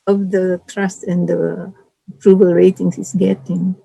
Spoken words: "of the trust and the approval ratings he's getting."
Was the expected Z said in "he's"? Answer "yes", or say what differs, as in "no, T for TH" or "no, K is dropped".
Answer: no, S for Z